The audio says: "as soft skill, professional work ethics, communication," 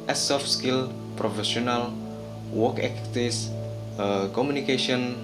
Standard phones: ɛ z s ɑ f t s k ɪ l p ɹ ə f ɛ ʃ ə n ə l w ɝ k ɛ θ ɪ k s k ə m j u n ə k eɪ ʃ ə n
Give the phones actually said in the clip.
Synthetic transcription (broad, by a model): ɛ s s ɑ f s k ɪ l p ɹ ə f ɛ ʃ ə n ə l w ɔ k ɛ t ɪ s k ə m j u n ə k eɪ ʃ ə n